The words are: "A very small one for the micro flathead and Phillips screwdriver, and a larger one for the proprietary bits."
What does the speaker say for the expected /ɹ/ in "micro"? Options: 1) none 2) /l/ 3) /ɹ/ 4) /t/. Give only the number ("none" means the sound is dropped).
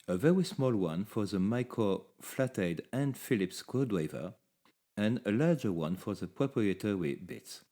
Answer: 1